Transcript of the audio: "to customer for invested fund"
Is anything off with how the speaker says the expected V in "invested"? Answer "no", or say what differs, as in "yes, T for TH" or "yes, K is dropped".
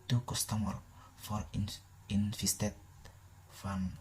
yes, F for V